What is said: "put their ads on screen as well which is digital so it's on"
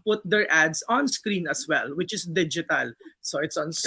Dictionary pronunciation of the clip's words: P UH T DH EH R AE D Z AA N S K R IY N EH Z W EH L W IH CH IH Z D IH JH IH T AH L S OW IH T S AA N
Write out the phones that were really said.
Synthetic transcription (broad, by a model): P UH T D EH R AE D S AA N S K R IY N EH S W EH L W IH CH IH S D IH JH IH T AH L S OW IH T S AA N